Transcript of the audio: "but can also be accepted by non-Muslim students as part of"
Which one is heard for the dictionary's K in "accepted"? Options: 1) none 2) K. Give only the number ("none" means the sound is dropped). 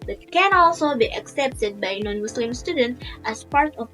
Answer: 2